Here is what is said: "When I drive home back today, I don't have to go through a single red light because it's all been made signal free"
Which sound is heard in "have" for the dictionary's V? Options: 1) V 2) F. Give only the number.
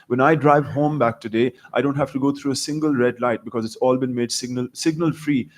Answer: 2